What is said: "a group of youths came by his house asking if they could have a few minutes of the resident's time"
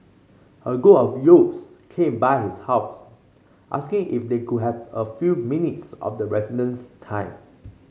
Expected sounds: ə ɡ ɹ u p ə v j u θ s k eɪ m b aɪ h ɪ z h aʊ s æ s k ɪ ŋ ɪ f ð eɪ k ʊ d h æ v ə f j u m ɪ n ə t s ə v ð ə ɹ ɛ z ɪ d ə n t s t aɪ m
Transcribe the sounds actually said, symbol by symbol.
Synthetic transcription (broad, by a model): ə ɡ ɔ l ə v j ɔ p s k eɪ m b aɪ h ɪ s h aʊ s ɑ s k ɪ ŋ ɪ f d eɪ k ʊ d h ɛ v ə f j u m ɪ n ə t s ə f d ə ɹ ɛ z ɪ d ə n s t aɪ m